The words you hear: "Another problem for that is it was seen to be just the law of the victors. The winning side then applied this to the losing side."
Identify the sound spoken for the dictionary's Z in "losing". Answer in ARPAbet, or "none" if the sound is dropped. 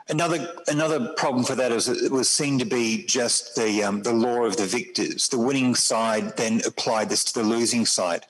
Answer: Z